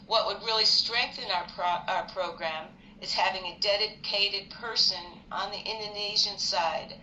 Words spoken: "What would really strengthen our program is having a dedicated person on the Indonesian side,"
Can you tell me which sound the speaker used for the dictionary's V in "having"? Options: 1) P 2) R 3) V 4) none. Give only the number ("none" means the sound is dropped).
3